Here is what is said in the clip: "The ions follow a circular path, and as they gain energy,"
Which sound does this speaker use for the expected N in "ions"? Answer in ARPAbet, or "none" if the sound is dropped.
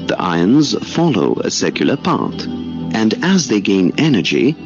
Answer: N